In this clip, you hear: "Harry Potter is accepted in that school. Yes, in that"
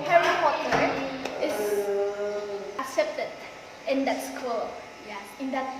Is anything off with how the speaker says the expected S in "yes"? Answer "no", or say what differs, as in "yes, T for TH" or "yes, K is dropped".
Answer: yes, S is dropped